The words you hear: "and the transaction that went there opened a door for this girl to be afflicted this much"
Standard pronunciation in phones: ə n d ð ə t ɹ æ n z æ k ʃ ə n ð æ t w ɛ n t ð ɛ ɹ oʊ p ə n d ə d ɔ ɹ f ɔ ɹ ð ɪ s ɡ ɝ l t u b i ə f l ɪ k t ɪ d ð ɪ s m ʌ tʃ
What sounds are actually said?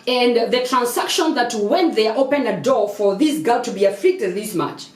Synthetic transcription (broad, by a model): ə n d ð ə t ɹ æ n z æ k ʃ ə n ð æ t w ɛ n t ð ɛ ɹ oʊ p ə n ə d ɔ ɹ f ɔ ɹ ð ɪ s ɡ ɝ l t u b i ə f l ɪ k t ɪ d ð ɪ s m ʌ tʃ